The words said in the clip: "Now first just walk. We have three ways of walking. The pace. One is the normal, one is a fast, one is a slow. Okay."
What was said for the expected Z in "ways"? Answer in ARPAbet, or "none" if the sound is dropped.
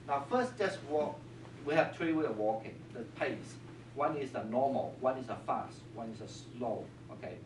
none